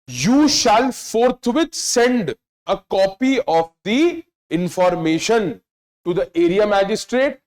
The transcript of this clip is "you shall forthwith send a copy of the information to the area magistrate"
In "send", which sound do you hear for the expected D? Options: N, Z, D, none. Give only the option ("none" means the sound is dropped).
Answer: D